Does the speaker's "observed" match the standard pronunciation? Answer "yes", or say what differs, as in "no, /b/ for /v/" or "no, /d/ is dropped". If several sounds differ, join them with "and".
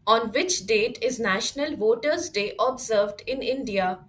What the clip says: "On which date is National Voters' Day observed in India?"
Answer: yes